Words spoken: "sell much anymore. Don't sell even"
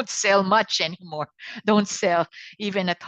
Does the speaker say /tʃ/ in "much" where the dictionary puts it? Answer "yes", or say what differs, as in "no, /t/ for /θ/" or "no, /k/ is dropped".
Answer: yes